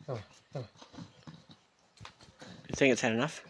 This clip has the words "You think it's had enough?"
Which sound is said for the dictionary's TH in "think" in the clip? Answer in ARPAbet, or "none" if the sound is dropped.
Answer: TH